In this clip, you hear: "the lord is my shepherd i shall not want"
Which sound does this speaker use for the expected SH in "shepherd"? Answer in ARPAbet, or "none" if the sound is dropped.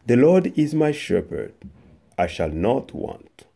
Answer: SH